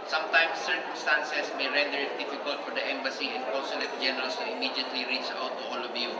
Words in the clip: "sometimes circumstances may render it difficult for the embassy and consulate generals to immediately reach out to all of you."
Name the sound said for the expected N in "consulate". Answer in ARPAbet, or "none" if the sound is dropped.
none